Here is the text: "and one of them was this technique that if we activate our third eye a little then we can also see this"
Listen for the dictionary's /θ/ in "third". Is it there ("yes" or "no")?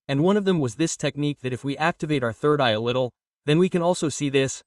yes